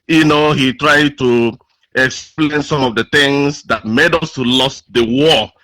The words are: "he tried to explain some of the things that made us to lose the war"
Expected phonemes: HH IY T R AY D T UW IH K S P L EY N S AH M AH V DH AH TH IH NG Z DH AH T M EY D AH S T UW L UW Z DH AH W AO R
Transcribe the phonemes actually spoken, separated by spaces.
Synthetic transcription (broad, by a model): HH IY T R AY D T UW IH K S P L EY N S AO M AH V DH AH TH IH NG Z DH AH T M EY D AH S T UW L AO S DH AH W AO